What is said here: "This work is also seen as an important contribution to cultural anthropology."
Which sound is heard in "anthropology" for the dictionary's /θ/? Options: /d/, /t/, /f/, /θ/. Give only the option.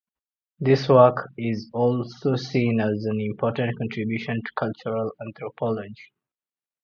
/t/